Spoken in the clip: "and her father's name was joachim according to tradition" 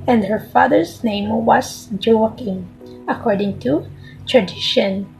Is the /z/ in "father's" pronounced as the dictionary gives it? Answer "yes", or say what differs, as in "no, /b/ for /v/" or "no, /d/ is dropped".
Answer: no, /s/ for /z/